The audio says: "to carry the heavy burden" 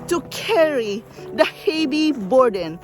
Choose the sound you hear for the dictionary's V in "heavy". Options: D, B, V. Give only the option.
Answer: B